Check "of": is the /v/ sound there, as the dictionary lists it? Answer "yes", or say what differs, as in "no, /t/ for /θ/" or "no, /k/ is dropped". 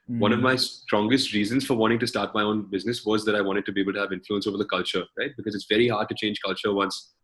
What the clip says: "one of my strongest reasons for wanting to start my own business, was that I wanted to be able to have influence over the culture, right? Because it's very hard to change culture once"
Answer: yes